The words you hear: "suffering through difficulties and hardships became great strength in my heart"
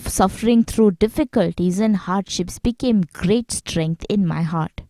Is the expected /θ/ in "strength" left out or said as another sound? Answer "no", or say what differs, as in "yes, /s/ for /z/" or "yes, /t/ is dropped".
yes, /t/ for /θ/